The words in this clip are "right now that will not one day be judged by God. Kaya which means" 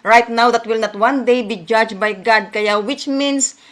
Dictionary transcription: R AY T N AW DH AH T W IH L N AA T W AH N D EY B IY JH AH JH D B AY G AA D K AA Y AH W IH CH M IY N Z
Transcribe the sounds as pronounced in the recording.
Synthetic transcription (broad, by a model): R AY T N AW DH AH T W IH L N AA T W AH N D EY B IY JH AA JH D B AY G AA D K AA Y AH W IH CH M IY N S